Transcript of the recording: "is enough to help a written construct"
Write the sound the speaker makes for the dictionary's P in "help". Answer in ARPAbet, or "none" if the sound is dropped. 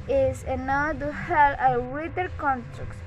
none